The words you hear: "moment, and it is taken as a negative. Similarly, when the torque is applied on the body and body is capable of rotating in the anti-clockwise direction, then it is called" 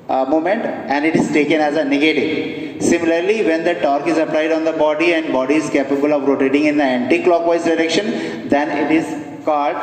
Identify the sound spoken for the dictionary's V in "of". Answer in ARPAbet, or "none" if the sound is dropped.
V